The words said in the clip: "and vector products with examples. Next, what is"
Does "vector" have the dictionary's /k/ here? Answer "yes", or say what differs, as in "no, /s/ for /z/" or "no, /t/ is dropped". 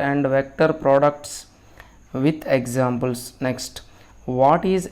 yes